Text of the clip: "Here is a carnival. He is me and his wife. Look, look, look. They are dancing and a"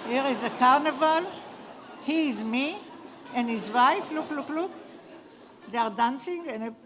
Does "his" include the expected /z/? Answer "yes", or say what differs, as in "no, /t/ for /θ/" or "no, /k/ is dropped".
yes